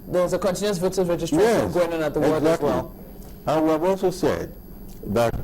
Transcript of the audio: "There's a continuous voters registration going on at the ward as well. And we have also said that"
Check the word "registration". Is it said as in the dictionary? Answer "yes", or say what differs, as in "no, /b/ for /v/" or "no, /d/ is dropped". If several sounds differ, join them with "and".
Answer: no, /ʃ/ is dropped